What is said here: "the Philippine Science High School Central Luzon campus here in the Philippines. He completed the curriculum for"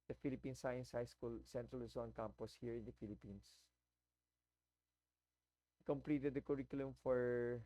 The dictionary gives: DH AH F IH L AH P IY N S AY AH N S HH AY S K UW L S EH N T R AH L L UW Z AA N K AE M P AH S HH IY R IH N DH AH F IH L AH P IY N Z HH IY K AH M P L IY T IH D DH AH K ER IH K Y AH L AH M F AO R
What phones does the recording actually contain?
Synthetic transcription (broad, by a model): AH F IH L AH P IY N S AY AH N S HH AY S K UW L S EH N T R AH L L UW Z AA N K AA M P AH S HH IY R IH N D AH F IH L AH P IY N S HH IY K AH M P L IY T IH D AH K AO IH K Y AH L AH M F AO R